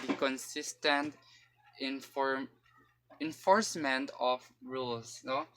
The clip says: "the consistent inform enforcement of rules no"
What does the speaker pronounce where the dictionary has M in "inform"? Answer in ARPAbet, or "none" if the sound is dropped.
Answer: none